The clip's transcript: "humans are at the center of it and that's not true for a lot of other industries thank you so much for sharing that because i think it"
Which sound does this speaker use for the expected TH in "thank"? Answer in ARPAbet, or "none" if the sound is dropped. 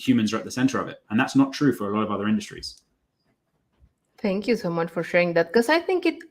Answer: T